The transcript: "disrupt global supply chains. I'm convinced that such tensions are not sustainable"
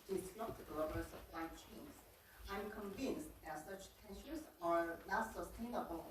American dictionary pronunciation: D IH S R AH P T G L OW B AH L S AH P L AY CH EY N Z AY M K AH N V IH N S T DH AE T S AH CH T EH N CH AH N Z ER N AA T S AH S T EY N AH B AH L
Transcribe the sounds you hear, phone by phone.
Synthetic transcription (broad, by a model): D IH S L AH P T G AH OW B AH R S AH L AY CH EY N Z AY M K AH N V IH N S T DH AE T S AH CH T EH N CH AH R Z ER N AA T S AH S T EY N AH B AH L